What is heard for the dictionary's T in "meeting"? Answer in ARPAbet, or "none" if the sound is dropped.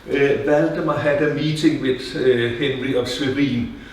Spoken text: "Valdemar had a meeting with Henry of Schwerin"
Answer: S